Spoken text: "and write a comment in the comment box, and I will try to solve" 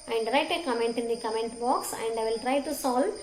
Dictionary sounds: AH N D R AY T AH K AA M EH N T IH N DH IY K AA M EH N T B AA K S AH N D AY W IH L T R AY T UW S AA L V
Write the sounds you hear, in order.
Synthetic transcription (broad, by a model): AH N D R AY T AH K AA M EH N T IH N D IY K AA M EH N T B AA K S AH N D AY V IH L T R AY T UW S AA L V